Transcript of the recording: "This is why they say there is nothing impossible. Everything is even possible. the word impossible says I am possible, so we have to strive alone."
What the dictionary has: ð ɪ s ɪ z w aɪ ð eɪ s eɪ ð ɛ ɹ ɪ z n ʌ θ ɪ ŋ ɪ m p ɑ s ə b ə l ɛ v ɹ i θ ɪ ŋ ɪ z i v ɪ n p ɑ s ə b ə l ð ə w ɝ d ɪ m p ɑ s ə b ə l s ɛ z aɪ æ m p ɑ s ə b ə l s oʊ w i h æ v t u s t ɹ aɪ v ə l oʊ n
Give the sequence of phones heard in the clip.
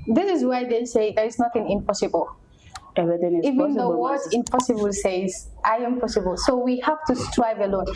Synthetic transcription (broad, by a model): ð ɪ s ɪ z w aɪ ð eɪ s eɪ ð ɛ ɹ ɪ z n ʌ θ ɪ ŋ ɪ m p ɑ s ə b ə l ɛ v i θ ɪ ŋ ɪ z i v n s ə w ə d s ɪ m p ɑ s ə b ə l s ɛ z aɪ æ m p ɑ s ə b ə l s oʊ w i h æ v t u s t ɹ aɪ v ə l oʊ n